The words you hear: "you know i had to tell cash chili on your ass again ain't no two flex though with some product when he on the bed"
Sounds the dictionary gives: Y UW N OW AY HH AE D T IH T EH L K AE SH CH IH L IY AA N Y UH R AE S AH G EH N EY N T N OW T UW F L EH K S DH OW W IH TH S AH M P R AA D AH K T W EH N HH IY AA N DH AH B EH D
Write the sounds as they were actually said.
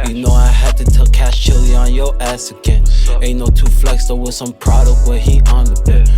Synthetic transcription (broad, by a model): Y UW N OW AY HH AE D T IH T EH L K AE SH CH IH L IY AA N Y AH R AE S AH G EH N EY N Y N OW T UW F L EH K S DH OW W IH S AH M P R AA D AH K T W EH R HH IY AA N DH AH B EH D